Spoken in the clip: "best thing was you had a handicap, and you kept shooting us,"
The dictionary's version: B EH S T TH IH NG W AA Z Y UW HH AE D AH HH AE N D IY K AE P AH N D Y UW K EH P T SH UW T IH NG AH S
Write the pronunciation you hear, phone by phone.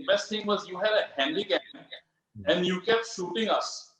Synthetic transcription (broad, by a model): B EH S T T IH NG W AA Z Y UW HH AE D AH HH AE N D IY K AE AH N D Y UW K EH P T SH UW T IH NG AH S